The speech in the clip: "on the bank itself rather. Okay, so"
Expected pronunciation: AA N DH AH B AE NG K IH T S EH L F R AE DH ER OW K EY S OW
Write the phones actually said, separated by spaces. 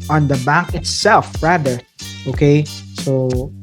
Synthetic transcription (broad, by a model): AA N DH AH B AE K IH T S EH L F R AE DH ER OW K EY S OW